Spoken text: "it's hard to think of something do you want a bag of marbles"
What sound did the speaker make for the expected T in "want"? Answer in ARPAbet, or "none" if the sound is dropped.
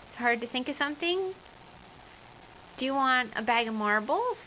T